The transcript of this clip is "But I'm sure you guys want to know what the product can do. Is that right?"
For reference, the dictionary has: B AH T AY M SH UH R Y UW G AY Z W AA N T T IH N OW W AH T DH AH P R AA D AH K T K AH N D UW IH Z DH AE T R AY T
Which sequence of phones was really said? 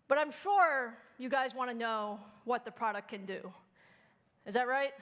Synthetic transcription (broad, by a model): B AH T AY M SH UH R Y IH G AY Z W AA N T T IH N OW W AH T DH AH P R AA D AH K K AH N D UW IH Z DH AE T R AY T